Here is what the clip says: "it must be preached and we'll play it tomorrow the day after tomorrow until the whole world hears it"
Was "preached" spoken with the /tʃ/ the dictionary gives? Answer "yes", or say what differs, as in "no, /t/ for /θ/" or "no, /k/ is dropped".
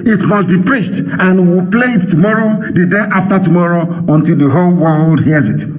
no, /s/ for /tʃ/